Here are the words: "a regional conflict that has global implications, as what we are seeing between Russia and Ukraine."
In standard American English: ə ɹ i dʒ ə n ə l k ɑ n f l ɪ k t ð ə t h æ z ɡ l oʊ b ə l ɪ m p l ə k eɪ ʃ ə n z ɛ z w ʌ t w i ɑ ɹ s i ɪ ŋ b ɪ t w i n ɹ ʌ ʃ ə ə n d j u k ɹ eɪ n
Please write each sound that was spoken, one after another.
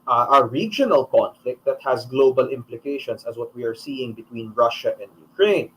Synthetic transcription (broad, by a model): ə ɹ i dʒ ə n ə l k ɑ n f l ɪ k t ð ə t h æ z ɡ l oʊ b ə l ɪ m p l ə k eɪ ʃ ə n s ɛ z w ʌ t w i ɑ ɹ s i ɪ ŋ b ɪ t w i n ɹ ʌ ʃ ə ə n d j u k ɹ eɪ n